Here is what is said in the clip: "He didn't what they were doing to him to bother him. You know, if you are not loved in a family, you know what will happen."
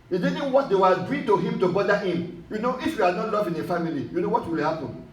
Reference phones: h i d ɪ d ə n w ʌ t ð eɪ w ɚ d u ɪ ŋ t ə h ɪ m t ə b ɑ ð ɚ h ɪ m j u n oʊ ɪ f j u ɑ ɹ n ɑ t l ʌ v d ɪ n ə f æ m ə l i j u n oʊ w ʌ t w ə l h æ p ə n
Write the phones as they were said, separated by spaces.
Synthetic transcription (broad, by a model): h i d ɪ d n w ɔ t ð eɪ w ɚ d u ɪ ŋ t ə h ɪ m t ə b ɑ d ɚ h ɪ m j u n oʊ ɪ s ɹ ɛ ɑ l n ɑ t l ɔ v ɪ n ə f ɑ m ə l i j u n oʊ w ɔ t w ə l h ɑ p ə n